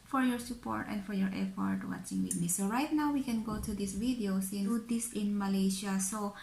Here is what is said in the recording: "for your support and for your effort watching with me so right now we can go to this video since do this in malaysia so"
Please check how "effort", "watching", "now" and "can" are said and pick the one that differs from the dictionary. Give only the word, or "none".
effort